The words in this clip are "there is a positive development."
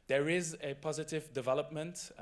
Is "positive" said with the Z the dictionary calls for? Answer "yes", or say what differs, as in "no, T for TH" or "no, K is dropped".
yes